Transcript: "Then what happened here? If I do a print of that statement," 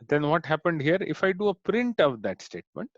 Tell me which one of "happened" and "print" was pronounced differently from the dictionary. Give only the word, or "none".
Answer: none